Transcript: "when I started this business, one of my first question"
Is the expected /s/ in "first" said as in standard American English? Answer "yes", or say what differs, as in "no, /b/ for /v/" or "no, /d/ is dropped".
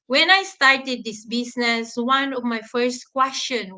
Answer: yes